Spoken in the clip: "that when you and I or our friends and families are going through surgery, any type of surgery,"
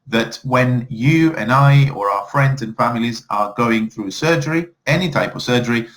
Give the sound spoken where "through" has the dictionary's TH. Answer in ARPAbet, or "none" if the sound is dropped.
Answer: TH